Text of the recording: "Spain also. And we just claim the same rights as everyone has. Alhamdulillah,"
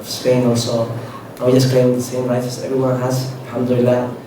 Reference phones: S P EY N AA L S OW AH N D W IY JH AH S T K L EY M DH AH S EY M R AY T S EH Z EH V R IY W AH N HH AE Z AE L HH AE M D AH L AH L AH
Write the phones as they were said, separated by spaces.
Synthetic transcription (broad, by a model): S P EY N AA L S OW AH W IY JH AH S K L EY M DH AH S EY M L AY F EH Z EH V R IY W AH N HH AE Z L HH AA M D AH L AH L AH